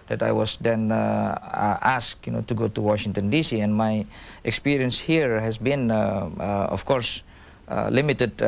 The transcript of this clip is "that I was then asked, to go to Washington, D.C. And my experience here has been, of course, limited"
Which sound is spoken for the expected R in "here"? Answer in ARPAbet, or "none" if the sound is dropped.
R